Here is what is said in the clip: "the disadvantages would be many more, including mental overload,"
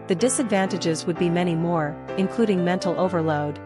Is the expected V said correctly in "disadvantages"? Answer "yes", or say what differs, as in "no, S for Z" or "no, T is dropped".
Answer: yes